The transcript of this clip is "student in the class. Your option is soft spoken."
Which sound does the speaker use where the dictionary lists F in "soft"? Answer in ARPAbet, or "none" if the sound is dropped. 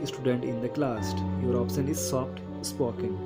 P